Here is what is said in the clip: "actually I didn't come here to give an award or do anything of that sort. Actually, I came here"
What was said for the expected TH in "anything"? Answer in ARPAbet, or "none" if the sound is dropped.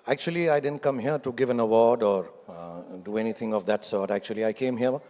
T